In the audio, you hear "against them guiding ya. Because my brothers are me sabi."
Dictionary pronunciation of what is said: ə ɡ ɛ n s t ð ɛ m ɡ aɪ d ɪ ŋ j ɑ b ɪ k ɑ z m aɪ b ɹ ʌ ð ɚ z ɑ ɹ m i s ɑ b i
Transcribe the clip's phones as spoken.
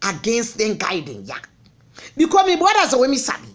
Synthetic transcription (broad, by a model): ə ɡ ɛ n s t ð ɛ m ɡ aɪ d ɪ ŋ j ɑ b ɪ k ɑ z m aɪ b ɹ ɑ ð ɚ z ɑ w m i s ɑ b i